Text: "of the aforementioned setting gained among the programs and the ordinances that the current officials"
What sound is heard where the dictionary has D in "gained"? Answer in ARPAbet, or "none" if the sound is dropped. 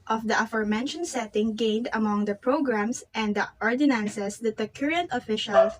D